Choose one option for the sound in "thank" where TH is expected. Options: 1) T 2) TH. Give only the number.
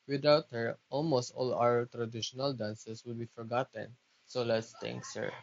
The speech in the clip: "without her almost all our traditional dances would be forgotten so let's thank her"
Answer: 1